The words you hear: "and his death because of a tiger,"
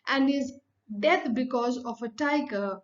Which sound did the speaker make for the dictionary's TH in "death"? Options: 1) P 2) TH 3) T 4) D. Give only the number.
3